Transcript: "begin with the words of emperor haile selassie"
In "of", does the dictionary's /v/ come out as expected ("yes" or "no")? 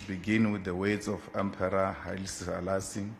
no